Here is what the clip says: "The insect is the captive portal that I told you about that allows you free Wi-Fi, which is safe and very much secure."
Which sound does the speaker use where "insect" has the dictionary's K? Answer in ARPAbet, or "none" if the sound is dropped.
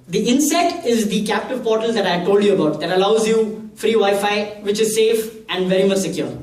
none